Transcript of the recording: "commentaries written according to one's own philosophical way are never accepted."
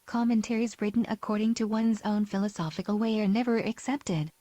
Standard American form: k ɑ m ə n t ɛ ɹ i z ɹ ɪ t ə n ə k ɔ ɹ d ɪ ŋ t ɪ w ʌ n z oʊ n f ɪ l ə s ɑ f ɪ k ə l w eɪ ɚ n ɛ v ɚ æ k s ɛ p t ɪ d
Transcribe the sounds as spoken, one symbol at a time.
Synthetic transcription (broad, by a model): k ɑ m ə n t ɛ ɹ i z ɹ ɪ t n ə k ɔ ɹ d ɪ ŋ t ɪ w ʌ n z oʊ n f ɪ l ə s ɑ f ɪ k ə l w eɪ ɚ n ɛ v ɚ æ k s ɛ p t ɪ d